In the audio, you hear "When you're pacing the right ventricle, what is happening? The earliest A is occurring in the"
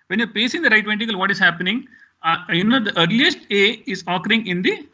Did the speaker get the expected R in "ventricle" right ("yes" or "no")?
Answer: no